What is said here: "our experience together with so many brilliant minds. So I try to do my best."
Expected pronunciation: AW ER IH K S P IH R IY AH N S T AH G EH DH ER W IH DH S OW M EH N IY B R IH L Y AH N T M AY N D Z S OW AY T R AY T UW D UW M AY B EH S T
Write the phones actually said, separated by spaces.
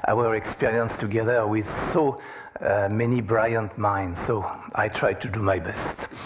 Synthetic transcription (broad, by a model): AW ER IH K S P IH R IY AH N S T AH G EH DH ER W IH DH S OW M EH N IY B R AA Y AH N T M AY N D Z S OW AY T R AY T UW D UW M AY B EH S T